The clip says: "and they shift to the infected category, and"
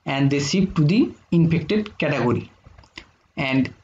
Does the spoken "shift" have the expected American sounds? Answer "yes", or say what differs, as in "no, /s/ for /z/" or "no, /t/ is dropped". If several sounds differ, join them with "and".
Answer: no, /s/ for /ʃ/